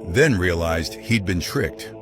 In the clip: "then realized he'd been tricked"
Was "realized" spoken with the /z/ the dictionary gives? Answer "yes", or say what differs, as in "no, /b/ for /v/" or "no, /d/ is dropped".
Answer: yes